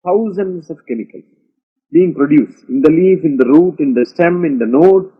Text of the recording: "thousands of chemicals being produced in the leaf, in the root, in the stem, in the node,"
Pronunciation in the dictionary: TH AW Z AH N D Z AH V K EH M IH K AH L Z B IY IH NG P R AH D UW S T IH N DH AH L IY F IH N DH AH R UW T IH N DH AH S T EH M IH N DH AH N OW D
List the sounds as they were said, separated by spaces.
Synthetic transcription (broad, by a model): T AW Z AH N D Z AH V K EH M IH K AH L B IY IH NG P R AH D UW S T IH N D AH L IY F IH N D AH R UW T IH N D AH S T EH M IH N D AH N OW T